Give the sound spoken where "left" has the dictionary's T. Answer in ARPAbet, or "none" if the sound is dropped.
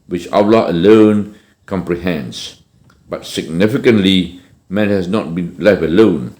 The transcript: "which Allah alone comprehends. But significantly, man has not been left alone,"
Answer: none